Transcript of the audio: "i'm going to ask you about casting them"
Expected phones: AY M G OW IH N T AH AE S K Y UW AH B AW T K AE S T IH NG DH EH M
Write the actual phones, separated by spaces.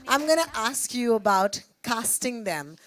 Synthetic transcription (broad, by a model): AY M G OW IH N T AH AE S K Y UW AH B AW T K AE S T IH NG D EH M